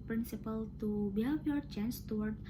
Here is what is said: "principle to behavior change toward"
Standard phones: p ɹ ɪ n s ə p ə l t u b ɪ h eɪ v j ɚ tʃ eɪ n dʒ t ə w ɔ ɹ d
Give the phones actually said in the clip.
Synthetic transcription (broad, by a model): p ɹ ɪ n s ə p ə l t u b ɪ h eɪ f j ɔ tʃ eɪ n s t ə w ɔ ɹ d